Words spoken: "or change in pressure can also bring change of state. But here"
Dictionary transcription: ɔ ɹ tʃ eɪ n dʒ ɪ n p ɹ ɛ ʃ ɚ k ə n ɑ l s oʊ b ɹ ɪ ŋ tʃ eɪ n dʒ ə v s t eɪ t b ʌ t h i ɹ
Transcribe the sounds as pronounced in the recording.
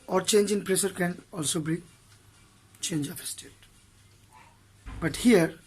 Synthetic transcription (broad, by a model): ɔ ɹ tʃ eɪ n dʒ ɪ n p ɹ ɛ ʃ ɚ k ə n ɑ l s oʊ b i tʃ eɪ n dʒ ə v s t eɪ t b ʌ t h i ɹ